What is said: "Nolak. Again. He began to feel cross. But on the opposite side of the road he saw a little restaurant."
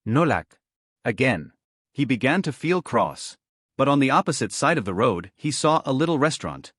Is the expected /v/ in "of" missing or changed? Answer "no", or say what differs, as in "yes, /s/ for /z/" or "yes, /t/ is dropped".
no